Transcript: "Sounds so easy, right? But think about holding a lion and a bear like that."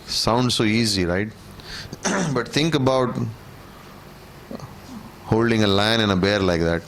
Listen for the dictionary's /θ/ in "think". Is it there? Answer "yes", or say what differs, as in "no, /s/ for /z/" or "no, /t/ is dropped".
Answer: no, /t/ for /θ/